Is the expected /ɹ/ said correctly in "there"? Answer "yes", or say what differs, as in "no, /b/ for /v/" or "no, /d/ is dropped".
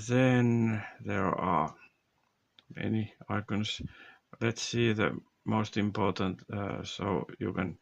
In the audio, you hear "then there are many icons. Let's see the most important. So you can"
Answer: yes